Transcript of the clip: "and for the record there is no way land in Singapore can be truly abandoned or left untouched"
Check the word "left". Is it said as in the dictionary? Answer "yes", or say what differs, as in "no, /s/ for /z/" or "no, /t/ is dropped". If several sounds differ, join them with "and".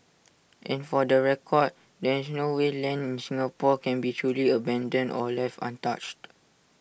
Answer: no, /t/ is dropped